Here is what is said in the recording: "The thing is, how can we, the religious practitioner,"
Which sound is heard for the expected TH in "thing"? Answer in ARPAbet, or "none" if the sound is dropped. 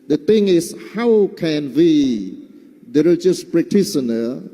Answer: T